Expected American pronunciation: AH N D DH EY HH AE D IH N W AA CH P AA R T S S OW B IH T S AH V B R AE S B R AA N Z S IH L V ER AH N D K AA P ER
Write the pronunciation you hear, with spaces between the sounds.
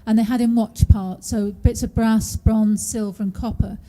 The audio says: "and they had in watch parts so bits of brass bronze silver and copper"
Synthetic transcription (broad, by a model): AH N DH EY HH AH D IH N W AA CH P AA R T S S OW B IH T S AH V B R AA S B R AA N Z S IH L V ER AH N K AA P ER